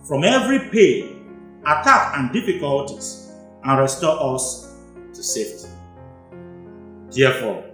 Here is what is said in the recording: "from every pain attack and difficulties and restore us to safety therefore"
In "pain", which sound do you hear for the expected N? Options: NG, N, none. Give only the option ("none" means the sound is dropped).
none